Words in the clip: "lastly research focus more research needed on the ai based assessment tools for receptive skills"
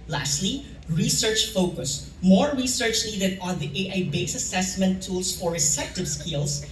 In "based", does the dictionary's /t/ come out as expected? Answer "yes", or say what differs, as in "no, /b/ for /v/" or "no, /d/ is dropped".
no, /t/ is dropped